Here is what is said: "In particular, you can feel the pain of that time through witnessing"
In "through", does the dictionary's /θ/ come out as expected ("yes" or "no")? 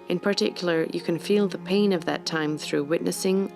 yes